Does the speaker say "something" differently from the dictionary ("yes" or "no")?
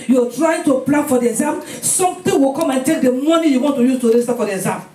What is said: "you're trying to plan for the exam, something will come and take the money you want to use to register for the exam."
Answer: yes